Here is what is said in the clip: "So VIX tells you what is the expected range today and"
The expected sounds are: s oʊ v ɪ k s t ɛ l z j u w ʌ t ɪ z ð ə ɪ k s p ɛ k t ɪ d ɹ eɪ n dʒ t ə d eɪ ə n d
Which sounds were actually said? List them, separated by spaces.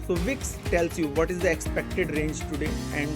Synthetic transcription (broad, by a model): s oʊ v ɪ k s t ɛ l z j u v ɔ t ɪ z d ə ɪ k s p ɛ k t ɪ d ɹ eɪ n dʒ t ə d eɪ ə n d